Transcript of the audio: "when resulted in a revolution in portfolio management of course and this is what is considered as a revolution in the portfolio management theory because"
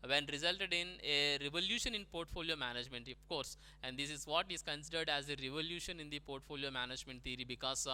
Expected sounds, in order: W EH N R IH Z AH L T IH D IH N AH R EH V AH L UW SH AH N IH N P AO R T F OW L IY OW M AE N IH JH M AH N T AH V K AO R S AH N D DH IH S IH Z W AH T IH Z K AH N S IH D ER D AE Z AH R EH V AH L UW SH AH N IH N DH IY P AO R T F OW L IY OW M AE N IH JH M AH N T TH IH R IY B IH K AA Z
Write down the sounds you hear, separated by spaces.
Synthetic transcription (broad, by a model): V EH N R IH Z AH L T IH D IH N AH R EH V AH L UW SH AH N IH N P AO R T F OW L IY OW M AE N IH JH M AH N T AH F K AO R S AH N D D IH S IH Z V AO T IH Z K AH N S IH D ER D AE Z AH R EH V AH L UW SH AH N IH N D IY P AO R T F OW L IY OW M AE N IH JH M AH N T T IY R IY B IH K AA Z